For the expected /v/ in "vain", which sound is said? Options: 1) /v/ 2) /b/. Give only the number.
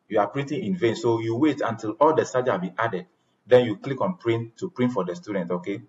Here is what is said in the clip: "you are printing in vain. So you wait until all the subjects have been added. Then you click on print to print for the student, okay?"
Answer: 1